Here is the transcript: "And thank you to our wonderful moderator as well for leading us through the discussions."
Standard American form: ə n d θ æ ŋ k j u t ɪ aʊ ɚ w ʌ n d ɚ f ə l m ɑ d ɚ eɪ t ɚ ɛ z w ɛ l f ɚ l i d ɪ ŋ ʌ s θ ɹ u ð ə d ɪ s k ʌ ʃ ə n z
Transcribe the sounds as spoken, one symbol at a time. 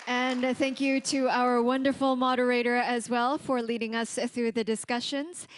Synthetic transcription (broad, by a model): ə n θ æ ŋ k j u t ɪ aʊ ɚ w ʌ n d ɚ f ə l m ɑ d ɚ eɪ t ɚ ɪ z w ɛ l f ɚ l i d ɪ ŋ ʌ s θ ɹ u ð ə d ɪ s k ʌ ʃ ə n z